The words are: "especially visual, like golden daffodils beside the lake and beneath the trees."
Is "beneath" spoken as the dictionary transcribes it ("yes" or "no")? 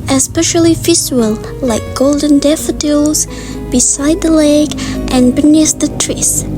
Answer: no